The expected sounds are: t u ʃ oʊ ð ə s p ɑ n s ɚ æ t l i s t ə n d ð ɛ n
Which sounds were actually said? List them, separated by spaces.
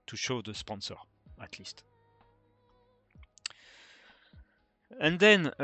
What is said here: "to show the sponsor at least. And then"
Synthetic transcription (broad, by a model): t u ʃ oʊ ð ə s p ɑ n s ɚ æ t l i s t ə n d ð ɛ n